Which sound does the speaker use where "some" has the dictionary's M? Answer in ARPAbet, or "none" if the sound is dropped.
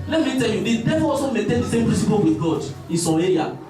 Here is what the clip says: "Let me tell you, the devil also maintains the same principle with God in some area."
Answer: none